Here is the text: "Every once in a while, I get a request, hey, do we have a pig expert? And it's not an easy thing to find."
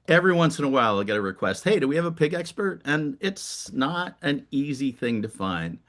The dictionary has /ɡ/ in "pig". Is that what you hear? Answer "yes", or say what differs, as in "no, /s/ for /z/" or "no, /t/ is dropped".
yes